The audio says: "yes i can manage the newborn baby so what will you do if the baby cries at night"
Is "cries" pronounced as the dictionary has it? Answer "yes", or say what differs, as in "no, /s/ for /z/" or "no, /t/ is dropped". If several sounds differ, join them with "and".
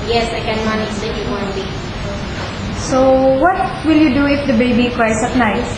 no, /s/ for /z/